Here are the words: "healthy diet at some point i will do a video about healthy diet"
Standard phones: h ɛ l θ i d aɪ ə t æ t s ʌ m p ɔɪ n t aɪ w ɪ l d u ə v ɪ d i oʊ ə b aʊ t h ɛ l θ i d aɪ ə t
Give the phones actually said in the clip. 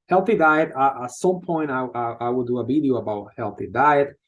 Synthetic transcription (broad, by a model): h ɛ l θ i d aɪ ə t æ t s ʌ m p ɔɪ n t aɪ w ɪ w d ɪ ə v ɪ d i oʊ ə b aʊ t h ɛ l θ i d aɪ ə t